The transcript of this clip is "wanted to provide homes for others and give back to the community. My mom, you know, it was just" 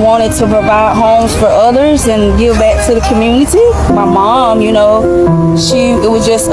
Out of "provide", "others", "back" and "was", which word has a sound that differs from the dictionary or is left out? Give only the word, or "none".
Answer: none